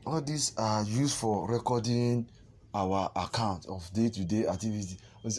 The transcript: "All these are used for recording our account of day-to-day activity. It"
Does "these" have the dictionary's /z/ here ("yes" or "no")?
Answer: no